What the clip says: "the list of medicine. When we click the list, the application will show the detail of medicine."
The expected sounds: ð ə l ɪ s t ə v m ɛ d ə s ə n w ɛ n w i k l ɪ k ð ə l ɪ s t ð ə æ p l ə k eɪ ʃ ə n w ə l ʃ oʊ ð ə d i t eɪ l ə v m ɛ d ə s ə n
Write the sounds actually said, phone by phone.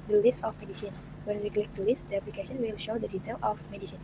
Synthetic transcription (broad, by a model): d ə l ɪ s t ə f m ɛ d ə s ə n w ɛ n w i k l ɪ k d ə l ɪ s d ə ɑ p l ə k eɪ s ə n w ə l ʃ oʊ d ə d i t eɪ l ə f m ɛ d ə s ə n